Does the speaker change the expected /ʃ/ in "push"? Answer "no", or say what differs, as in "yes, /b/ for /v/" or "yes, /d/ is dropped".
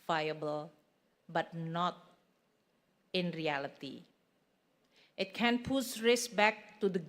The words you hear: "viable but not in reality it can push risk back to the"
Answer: yes, /s/ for /ʃ/